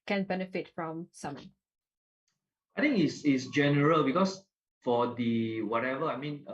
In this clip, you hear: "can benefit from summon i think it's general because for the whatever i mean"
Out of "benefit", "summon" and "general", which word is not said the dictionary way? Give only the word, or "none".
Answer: summon